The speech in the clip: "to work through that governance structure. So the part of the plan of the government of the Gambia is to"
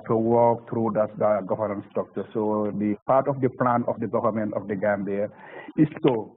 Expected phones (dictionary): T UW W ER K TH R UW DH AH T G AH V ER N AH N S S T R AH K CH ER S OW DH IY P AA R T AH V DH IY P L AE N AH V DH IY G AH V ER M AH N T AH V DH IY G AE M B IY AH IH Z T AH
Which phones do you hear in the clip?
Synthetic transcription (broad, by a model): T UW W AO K T R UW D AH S G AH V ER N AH N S S T AO K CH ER S OW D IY P AA R T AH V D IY P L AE N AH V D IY G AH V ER M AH N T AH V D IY G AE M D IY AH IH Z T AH